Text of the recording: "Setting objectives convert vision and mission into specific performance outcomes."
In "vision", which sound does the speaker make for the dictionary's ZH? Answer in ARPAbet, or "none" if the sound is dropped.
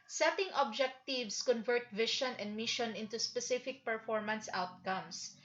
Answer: SH